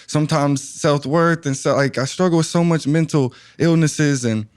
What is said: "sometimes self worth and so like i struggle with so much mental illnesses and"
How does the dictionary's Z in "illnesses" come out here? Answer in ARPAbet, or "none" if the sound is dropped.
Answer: Z